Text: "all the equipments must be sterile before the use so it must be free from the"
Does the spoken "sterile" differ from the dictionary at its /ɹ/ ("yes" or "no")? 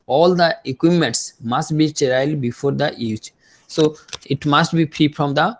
yes